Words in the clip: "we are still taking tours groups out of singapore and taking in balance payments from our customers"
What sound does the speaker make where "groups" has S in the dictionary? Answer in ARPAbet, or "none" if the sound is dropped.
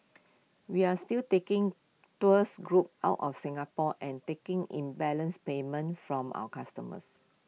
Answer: none